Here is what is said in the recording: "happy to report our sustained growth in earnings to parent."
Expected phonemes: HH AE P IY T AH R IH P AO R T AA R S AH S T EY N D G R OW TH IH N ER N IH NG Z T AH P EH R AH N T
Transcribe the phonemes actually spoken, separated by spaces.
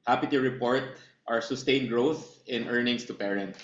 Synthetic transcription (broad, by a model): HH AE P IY T AH R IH P AO R T AA R S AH S T EY N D G R OW TH IH N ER N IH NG S T AH P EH R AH N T